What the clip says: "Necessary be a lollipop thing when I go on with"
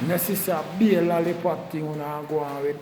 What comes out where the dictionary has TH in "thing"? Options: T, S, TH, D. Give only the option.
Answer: T